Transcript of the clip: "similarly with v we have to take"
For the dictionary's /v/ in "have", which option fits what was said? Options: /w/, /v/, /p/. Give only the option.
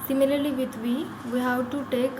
/w/